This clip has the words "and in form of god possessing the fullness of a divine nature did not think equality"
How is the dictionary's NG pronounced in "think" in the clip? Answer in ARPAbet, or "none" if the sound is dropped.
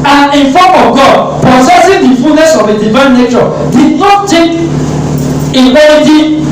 none